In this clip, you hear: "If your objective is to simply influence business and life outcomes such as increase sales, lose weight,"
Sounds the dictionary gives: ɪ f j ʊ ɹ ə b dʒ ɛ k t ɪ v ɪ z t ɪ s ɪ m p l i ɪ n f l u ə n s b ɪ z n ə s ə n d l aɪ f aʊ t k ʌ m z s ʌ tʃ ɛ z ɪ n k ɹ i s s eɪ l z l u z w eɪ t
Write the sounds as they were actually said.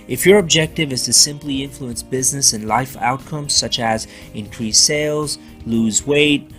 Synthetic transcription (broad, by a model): ɪ f j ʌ ɹ ə b dʒ ɛ k t ɪ v ɪ z t ɪ s ɪ m p l i ɪ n f l u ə n s b ɪ z n ə s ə n l aɪ f aʊ t k ʌ m z s ʌ tʃ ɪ z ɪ n k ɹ i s s eɪ l z l u z w eɪ t